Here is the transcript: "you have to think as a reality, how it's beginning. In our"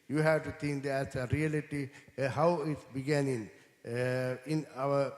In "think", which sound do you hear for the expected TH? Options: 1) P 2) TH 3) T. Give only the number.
3